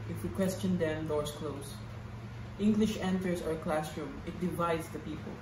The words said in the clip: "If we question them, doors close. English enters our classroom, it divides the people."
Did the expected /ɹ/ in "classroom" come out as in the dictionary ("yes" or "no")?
yes